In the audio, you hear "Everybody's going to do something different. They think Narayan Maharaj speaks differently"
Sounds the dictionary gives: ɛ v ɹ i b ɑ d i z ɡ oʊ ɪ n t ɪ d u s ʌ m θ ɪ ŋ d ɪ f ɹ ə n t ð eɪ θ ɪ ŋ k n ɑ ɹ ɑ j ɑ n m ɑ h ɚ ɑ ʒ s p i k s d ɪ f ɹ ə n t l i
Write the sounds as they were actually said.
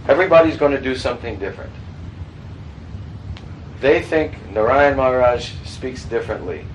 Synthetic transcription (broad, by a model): ɛ v ɹ i b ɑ d i z ɡ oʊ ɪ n t ɪ d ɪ s ʌ m θ ɪ ŋ d ɪ f ɹ ə n t ð eɪ θ ɪ ŋ k n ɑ ɹ ɑ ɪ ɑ n m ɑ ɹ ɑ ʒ s p i k s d ɪ f ɹ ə n t l i